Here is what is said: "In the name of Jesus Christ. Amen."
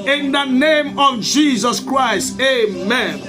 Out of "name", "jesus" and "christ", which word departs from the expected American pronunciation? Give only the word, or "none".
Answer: none